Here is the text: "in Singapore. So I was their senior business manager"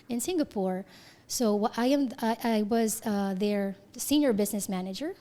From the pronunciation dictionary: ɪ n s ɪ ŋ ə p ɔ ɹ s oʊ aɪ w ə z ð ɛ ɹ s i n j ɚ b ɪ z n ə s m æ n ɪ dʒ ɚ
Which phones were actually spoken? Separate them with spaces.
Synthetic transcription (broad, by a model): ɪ n s ɪ ŋ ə p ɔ ɹ s oʊ aɪ w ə z ð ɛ ɹ s i n j ɚ b ɪ z n ə s m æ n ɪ dʒ ɚ